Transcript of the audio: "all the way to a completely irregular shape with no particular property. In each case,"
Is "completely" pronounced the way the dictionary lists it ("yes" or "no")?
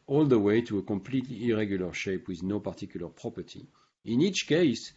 yes